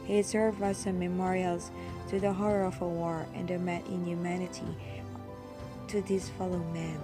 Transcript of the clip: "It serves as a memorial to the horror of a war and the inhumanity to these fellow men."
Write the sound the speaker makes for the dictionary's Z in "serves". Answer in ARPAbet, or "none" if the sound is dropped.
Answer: none